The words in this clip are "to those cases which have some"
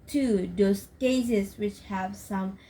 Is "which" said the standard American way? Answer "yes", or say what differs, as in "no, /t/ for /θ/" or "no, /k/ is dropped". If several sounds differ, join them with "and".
yes